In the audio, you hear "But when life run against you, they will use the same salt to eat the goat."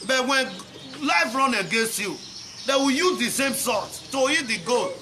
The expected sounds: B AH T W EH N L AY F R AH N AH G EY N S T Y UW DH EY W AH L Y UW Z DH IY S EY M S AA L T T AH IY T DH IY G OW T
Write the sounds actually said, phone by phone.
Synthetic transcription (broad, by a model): B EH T W EH N L AY F R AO N AH G EY N S T Y UW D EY W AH Y UW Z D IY S EY M S AA T T AH IY T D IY G OW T